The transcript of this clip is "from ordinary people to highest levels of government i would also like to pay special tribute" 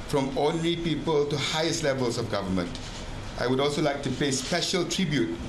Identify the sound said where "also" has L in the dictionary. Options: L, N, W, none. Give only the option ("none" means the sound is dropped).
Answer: L